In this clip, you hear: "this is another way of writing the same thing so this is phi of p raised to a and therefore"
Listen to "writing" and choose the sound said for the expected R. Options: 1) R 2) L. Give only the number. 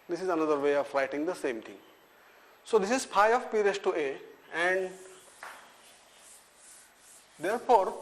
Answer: 2